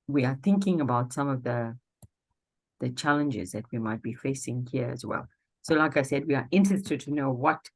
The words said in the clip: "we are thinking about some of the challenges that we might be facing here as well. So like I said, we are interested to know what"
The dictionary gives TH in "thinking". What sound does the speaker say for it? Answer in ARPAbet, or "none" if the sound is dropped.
TH